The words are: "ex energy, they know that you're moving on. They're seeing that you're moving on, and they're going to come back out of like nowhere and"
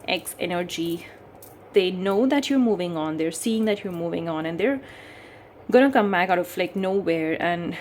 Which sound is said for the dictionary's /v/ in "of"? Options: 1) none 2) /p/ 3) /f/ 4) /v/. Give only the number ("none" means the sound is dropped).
3